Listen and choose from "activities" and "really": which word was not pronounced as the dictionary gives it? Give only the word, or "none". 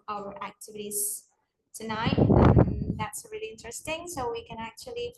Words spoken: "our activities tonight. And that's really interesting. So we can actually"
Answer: none